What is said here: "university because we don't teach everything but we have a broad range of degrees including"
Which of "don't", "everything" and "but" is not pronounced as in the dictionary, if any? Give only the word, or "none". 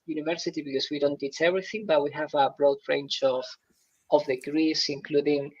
none